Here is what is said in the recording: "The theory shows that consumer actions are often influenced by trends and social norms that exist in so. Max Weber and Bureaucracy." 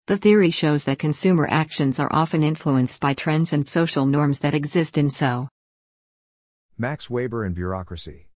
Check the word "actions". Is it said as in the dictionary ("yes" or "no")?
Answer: yes